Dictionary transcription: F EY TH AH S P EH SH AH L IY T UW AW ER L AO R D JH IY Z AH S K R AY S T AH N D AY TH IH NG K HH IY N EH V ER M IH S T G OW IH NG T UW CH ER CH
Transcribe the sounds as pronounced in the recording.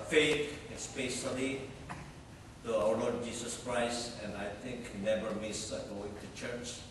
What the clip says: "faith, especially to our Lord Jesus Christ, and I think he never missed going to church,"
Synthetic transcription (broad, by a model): F EY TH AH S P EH S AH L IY T UW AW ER L AO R D JH IY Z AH S K R AY S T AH N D AY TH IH NG K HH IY N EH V ER M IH S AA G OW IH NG T UW CH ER CH